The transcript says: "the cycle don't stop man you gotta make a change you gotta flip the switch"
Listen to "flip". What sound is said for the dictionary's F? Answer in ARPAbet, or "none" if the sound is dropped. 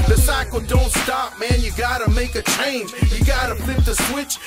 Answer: P